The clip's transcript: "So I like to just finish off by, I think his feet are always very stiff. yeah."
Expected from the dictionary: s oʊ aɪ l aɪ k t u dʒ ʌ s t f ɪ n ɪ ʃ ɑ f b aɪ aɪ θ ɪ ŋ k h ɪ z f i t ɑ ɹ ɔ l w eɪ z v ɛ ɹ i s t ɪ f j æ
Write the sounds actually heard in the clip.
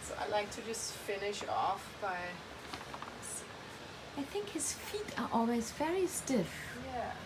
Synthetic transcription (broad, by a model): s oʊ aɪ l aɪ k t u dʒ ʌ s t f ɪ n ɪ ʃ ɑ f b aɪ aɪ θ ɪ ŋ k h ɪ z f i t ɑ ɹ ɔ l w eɪ z v ɛ ɹ i s t ɪ f j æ